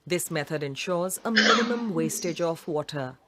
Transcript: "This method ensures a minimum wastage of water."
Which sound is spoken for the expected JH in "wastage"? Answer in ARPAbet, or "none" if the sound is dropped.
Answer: JH